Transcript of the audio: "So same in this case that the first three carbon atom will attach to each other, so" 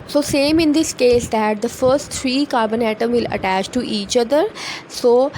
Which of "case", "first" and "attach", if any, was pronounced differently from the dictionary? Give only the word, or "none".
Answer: none